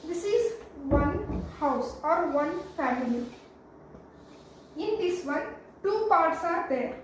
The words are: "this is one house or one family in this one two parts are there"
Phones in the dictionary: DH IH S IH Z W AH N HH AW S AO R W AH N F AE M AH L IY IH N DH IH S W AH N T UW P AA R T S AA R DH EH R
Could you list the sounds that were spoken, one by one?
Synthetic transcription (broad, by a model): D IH S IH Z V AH N HH AW S AO R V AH N F AE M AH L IY IH N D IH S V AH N T UW P AA R T S AA R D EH R